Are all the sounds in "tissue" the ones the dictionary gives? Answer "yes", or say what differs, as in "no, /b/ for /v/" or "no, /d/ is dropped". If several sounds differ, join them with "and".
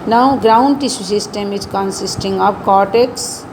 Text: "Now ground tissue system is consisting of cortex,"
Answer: no, /s/ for /ʃ/